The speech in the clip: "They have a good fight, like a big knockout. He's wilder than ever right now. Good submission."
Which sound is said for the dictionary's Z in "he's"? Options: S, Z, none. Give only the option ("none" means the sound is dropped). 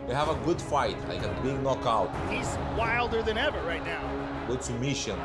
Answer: Z